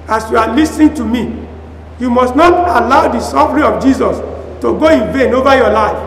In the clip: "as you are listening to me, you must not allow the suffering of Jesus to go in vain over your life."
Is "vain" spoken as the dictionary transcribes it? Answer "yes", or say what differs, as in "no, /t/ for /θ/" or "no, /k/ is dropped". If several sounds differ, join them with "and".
yes